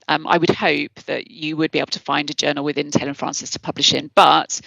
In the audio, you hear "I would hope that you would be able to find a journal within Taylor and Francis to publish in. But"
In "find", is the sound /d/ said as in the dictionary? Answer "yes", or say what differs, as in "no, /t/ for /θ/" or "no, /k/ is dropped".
yes